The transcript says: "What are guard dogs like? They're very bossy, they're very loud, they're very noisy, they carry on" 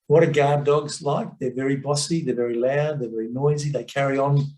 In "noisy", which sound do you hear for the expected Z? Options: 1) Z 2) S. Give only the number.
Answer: 1